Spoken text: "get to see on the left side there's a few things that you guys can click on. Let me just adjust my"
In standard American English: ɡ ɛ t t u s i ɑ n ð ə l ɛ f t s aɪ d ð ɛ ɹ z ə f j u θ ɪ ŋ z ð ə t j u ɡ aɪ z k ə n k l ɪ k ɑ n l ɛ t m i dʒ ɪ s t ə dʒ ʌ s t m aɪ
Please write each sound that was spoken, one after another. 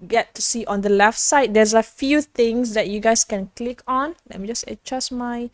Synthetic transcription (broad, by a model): ɡ ɛ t t u s i ɑ n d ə l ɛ f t s aɪ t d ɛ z ə f j u t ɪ ŋ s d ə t j u ɡ aɪ s k ə n k l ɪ k ɑ n l ɛ t m i dʒ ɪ s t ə tʃ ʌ s m aɪ